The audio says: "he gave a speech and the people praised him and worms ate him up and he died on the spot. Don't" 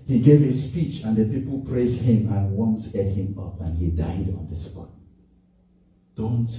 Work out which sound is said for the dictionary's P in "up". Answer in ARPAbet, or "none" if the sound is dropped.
P